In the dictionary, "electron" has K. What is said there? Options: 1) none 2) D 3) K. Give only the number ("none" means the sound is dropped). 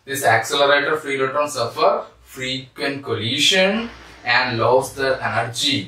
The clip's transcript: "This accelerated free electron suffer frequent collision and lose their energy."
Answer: 1